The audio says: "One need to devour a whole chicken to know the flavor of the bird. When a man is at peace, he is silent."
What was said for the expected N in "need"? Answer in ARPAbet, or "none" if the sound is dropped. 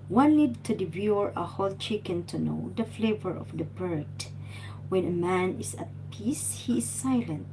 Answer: L